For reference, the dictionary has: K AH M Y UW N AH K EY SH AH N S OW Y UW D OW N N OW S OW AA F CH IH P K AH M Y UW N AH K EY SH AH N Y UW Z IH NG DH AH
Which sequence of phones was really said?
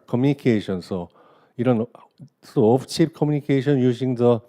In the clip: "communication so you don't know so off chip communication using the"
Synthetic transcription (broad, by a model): K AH M Y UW N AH K EY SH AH N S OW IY D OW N N S OW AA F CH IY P K AH M Y UW N AH K EY SH AH N Y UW S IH NG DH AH